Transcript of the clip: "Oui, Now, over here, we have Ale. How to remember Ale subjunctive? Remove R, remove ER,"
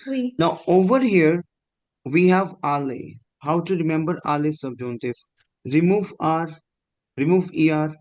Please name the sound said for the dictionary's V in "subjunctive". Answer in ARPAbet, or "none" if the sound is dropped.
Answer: F